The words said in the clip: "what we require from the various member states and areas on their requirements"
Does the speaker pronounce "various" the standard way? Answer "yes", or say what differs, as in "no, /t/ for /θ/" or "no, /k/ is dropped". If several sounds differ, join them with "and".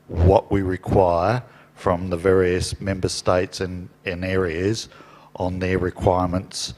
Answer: yes